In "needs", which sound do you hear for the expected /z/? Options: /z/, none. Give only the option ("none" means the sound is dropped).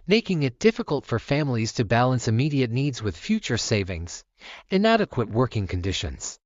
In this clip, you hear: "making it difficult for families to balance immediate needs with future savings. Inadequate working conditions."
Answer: /z/